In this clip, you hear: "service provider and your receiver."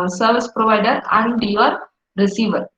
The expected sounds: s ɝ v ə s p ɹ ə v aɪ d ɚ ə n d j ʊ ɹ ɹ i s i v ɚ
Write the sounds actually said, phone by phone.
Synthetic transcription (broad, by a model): s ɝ v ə s p ɹ ə v aɪ d ɚ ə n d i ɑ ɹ ɹ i s i v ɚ